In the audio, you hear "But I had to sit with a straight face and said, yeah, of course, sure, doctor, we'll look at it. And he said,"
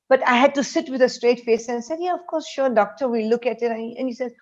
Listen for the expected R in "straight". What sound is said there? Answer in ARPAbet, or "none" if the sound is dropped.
R